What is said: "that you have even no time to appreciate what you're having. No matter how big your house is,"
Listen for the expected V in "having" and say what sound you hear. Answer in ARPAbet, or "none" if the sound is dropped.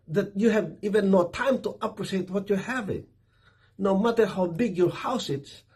V